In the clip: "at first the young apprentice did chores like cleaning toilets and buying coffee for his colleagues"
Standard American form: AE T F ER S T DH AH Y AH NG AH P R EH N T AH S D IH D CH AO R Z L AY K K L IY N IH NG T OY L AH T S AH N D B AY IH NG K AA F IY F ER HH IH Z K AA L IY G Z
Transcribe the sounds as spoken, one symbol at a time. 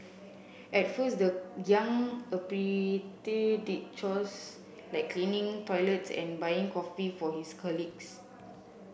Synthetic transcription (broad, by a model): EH T F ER S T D AH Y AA NG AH P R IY T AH D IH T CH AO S L AY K K L IY N IH NG T OY L AH T S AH N B AY IH NG K AA F IY F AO HH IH S K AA L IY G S